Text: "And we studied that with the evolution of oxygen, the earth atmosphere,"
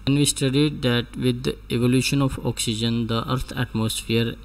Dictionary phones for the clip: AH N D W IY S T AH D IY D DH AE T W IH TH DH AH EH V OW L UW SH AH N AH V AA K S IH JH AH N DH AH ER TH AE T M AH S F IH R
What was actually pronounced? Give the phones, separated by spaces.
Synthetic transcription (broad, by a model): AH N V IY S T AH D IY D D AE T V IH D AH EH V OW L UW SH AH N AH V AA K S IH JH AH N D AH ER T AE T M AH S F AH R